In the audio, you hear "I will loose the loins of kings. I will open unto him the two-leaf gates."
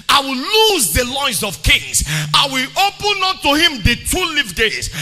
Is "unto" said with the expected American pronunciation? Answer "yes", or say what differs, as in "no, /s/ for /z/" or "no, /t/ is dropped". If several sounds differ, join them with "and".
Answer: no, /n/ is dropped